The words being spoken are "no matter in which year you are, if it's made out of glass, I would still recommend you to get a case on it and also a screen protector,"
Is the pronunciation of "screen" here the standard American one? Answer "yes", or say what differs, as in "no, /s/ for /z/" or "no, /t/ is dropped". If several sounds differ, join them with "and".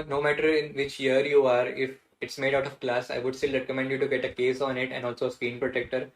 no, /ɹ/ is dropped